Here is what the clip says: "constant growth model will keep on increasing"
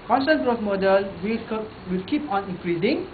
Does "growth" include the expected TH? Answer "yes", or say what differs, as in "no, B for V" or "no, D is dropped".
no, S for TH